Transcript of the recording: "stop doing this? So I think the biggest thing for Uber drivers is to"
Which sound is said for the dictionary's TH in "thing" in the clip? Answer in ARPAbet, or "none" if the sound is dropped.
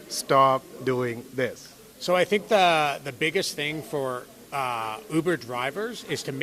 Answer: TH